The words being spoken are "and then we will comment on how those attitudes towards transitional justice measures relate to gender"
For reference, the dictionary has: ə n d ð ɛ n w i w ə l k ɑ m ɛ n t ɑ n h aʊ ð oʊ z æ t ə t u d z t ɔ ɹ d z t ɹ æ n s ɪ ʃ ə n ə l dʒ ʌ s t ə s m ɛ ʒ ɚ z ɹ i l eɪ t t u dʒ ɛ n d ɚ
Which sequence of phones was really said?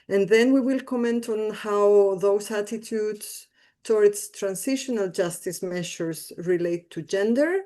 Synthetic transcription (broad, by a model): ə n ð ɛ n w i w ə l k ɑ m ɛ n t ɑ n h aʊ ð oʊ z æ t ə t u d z t ɔ ɹ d s t ɹ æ n s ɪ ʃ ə n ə l dʒ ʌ s t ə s m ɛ ʃ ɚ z ɹ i l eɪ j t u dʒ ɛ n d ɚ